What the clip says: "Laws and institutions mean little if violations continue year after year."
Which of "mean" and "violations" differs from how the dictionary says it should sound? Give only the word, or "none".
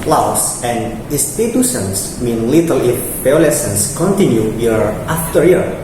violations